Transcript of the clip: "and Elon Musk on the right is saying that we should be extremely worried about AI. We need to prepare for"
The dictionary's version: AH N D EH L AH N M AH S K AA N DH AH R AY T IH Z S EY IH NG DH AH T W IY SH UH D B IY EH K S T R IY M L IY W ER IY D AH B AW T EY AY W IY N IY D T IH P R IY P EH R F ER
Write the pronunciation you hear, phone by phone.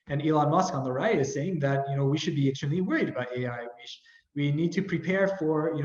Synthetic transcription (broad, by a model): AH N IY L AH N M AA S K AA N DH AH R AY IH IH Z S EY IH NG DH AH T W IY SH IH D B IY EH S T AH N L IY W ER IY D AH B AW T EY AY W IY N IY D T IH P R IY P EH R F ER